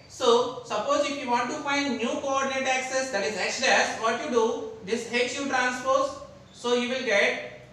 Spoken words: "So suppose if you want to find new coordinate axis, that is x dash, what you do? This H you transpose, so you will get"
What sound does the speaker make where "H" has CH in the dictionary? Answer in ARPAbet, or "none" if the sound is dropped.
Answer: S